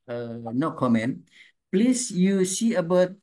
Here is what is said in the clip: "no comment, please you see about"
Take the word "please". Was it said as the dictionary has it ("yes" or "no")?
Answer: no